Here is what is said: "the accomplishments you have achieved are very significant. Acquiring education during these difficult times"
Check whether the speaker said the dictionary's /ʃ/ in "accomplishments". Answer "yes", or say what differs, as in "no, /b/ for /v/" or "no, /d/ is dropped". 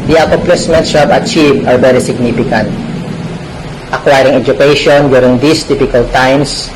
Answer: no, /s/ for /ʃ/